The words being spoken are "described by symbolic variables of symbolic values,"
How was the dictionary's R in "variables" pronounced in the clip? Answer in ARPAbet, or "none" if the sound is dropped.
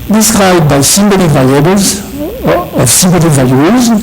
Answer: L